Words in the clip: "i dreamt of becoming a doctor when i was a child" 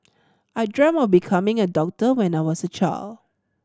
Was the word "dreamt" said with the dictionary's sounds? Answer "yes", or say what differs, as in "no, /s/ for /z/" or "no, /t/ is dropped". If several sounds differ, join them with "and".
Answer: no, /t/ is dropped